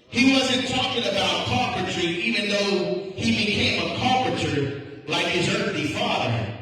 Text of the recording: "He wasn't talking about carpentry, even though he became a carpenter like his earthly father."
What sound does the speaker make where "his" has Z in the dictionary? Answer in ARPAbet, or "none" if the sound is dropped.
Z